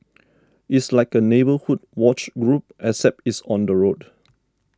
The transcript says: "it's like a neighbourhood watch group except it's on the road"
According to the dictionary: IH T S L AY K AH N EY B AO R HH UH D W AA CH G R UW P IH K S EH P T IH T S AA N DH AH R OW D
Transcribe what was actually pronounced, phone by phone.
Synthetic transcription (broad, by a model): IH T S L AY K AH N EY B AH HH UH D W AA CH G R UW P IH S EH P IH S AA N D AH R OW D